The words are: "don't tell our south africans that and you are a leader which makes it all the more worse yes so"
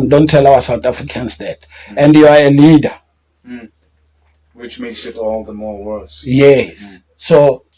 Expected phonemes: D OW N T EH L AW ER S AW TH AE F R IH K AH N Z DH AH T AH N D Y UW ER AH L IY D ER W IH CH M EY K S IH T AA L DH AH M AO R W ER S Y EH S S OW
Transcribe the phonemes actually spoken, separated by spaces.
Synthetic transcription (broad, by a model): D OW N T EH L AW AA S AW T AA F R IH K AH N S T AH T AH N D Y UW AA AH L IY D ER W IH CH M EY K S IH T AA L DH AH M AO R W ER S Y EH S S OW